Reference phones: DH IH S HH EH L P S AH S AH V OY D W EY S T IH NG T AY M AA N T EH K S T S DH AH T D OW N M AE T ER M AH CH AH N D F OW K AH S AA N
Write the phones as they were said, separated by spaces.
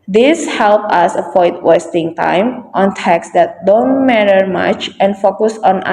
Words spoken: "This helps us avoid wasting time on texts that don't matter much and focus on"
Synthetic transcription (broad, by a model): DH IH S HH EH L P AH S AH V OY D W EY S T IH NG T AY M AA N T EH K S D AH T D OW N M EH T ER M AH CH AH N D F OW K AH S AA N